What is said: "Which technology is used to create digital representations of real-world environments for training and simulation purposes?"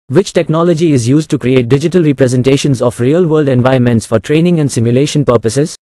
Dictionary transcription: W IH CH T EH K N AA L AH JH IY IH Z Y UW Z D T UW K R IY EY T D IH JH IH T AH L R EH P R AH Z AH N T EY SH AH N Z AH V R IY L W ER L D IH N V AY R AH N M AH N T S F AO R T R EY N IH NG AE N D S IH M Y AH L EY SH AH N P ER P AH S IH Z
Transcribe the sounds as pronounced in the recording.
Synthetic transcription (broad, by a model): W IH CH T EH K N AA L AH JH IY IH Z Y UW Z D T UW K R IY EY T D IH JH IH T AH L R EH P R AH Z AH N T EY SH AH N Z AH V R IY L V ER L D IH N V AY AH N M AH N T S F AO R T R EY N IH NG AE N D S IH M Y AH L EY SH AH N P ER P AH S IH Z